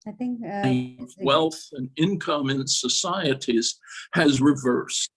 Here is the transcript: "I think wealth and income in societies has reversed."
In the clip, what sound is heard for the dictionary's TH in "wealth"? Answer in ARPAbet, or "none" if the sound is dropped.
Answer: TH